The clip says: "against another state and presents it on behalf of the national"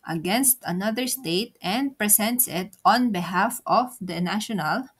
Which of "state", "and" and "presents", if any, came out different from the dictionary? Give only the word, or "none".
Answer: presents